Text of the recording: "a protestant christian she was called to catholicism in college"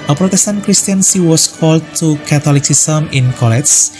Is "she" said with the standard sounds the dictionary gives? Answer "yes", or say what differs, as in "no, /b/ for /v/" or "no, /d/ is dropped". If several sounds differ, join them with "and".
no, /s/ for /ʃ/